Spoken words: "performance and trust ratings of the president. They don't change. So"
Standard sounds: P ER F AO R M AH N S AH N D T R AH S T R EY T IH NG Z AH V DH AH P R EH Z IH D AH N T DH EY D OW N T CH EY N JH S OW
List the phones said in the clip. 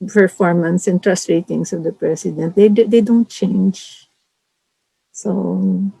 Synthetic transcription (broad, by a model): P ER F AO R M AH N S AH N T R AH S T R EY T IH NG S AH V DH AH P R EH S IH D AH N T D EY D OW N T CH EY N JH S OW